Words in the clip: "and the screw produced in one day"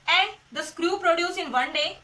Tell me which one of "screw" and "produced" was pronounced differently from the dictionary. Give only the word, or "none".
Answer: produced